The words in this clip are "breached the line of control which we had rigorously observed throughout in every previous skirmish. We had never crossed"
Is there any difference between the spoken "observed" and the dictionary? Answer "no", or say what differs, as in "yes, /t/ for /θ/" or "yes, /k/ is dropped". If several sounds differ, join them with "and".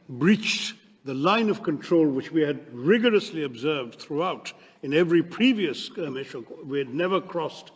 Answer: no